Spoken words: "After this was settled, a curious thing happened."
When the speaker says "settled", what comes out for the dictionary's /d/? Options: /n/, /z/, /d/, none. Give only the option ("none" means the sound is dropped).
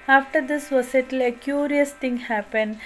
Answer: none